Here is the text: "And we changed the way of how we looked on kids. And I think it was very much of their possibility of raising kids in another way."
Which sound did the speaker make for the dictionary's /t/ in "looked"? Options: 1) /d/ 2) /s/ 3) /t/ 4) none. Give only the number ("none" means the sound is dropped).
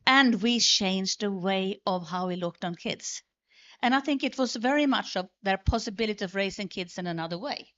3